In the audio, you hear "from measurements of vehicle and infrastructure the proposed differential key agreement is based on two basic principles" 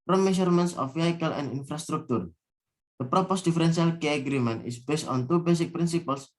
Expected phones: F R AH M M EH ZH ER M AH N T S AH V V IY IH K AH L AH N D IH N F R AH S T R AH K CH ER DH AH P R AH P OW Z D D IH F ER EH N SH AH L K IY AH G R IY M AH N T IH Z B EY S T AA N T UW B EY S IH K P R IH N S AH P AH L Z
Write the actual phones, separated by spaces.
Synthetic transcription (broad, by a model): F R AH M M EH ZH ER M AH N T S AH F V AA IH K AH L AH N D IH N F R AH S T R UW K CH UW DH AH P R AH P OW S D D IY F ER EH N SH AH L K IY AH G R IY M AH N T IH S B EY S T AA N T UW B EY S IH K P R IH N S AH P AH L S